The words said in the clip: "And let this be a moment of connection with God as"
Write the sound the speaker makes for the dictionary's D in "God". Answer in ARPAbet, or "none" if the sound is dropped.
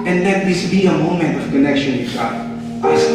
none